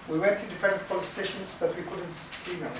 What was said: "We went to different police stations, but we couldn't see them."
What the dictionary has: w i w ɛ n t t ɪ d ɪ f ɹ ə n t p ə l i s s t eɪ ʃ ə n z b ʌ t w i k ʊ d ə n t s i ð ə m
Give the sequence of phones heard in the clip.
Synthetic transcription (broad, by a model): w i w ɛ n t t ɪ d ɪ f ə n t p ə l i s s t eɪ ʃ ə n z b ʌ t w i k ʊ d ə n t s i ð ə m